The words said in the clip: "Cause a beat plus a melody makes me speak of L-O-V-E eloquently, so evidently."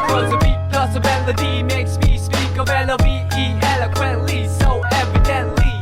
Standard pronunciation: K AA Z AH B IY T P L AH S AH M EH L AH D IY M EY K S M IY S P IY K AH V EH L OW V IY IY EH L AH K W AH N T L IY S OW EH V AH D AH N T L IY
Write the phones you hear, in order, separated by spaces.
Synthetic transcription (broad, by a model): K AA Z AH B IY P AH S AH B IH L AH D IY M EY K S M IY S P IY K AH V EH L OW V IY IY EH L AH K W AH N T L IY S OW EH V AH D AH N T L IY